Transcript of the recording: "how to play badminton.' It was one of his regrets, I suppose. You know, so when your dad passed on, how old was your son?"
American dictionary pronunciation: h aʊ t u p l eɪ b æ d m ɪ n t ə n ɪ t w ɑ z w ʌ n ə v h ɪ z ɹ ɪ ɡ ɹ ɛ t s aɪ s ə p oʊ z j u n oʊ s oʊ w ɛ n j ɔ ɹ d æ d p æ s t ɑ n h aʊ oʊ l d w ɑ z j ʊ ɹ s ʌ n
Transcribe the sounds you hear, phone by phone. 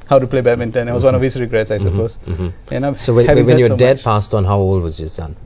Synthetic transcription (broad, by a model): h aʊ t u p l eɪ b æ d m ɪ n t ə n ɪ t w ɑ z w ʌ n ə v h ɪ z ɹ ɪ ɡ ɹ ɛ t s aɪ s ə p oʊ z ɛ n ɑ s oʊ w ɛ n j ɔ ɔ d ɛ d p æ s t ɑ n h aʊ oʊ l d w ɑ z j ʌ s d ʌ n